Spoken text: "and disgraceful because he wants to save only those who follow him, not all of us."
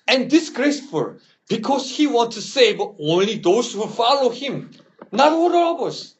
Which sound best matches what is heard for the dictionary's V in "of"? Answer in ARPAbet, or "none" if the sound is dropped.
B